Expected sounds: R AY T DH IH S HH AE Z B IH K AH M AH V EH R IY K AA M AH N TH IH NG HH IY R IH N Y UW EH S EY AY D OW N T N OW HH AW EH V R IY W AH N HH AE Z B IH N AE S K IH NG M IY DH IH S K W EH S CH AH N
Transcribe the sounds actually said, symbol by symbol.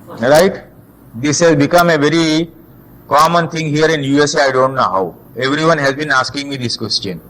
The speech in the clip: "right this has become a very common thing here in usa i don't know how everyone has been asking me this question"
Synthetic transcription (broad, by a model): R AY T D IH S HH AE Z B IH K AH M AH V EH R IY K AA M AH N T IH NG HH IY R IH N Y UW EH S EY AY D OW N T N OW HH AW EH V R IY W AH N HH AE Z B IH N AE S K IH NG M IY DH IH S K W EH S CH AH N